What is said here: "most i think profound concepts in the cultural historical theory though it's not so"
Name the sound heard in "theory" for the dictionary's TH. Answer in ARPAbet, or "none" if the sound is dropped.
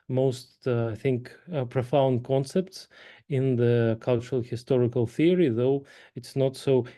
TH